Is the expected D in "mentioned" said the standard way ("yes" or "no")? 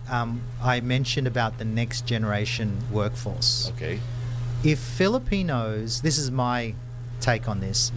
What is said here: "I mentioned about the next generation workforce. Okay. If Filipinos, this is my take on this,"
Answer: yes